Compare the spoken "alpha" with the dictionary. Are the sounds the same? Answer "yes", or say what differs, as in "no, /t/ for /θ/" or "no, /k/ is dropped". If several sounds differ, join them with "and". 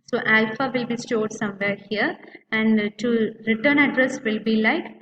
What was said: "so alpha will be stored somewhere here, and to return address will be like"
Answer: yes